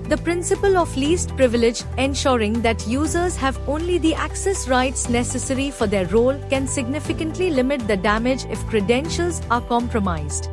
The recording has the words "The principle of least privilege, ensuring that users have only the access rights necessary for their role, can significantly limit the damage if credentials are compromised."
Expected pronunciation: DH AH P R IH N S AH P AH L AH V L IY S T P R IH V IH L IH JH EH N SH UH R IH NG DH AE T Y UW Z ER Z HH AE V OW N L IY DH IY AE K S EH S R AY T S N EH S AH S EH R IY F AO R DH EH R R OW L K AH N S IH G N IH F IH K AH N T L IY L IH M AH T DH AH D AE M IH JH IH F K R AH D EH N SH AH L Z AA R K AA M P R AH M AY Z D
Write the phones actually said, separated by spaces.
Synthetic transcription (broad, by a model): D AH P R IH N S AH P AH L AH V L IY S T P R IH V IH L IH JH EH N SH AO R IH NG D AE T Y UW Z ER Z HH AE V OW N L IY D IY AE K S EH S R AY T S N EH S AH S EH R IY F AO R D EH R R OW L K AH N S IH G N IH F IH K AH N T L IY L IH M AH T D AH D AE M IH JH IH F K R AH D EH N SH AH L Z AA R K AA M P R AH M AY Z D